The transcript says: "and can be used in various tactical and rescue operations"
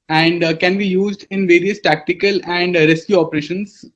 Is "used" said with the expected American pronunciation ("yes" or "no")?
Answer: yes